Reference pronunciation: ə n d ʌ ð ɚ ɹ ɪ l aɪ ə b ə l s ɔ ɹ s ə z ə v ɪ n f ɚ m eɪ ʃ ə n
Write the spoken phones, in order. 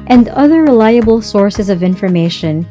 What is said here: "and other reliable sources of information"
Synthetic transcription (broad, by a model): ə n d ʌ ð ɚ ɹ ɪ l aɪ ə b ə l s ɔ ɹ s ə z ə v ɪ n f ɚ m eɪ ʃ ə n